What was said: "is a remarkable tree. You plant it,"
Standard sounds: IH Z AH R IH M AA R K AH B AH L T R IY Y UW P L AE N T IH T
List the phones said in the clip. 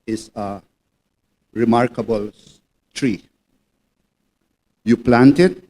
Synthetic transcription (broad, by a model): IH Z AH R IH M AA R K AH B AH L T R IY Y UW P L AE N T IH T